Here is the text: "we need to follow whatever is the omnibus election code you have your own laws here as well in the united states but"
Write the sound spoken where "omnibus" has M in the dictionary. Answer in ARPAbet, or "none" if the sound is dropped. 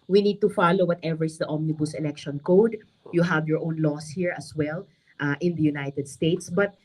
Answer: M